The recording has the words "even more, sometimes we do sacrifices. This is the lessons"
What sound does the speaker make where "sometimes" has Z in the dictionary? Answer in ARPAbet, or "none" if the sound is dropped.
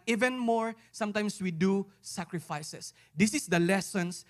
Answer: S